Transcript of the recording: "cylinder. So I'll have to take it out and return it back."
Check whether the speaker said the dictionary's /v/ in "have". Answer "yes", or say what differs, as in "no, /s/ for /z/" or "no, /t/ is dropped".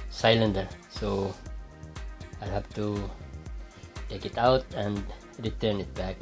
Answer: no, /f/ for /v/